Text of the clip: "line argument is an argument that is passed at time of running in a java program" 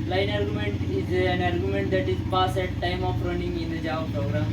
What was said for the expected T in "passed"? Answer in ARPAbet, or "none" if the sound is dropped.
none